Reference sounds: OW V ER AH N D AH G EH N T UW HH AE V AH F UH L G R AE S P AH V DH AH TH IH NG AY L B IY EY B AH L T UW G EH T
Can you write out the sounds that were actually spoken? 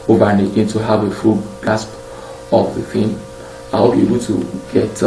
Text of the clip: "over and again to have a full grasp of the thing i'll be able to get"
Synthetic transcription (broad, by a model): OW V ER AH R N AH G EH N T UW HH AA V AH F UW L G AA S P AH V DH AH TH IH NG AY W B IY EY B AH L T UW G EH T